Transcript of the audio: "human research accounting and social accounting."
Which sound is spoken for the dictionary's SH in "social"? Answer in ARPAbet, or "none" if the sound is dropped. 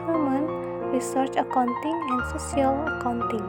S